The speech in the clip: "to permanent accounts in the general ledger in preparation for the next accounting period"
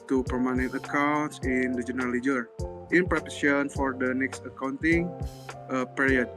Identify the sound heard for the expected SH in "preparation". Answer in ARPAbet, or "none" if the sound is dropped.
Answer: none